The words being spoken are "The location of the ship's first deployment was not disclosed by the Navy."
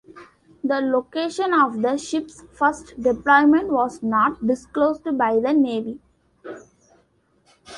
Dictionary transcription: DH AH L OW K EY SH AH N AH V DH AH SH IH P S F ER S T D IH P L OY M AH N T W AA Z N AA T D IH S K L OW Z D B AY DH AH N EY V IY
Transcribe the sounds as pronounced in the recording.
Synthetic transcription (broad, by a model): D AH L OW K EY SH AH N AH V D AH SH IH P S F ER S T D IH P L OY M AH N T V AA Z N AA T D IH S K L OW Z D B AY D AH N EY V IY